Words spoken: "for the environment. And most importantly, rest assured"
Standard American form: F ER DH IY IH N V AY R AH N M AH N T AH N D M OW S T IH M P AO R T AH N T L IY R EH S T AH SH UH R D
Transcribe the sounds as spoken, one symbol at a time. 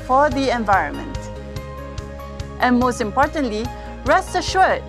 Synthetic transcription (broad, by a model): F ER DH IY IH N V AY R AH N M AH N T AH N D M OW S T IH M P AO R T AH N T L IY R EH S T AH SH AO R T